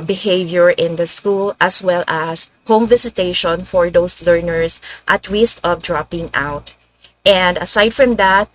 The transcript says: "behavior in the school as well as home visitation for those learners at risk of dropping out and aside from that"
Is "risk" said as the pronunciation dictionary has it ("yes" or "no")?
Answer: no